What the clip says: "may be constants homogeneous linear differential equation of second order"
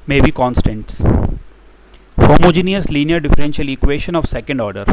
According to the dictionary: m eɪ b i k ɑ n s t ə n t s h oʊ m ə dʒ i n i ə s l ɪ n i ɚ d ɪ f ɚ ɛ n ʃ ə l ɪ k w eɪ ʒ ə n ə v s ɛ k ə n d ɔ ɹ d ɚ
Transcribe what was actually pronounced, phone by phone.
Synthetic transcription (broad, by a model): m eɪ b i k ɑ n s t ə n t s h oʊ m ə dʒ i n i ə s l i n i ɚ d ɪ f ɚ ɛ n ʃ ə l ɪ k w eɪ ʃ ə n ə v s ɛ k ə n d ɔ ɹ d ɚ